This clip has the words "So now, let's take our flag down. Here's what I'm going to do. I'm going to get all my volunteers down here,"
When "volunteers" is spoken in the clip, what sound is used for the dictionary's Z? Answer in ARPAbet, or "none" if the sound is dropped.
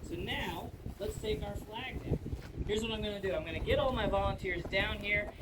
Z